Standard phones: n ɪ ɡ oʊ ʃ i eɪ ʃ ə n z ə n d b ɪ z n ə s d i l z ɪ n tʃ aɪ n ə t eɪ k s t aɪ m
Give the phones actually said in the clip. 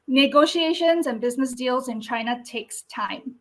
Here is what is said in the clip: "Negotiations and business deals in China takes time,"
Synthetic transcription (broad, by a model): n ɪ ɡ oʊ ʃ i eɪ ʃ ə n z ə n b ɪ z n ə s d i l z ɪ n tʃ aɪ n ə t eɪ k s t aɪ m